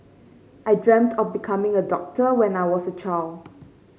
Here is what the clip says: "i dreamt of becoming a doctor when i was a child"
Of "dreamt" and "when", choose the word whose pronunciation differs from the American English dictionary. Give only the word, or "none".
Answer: none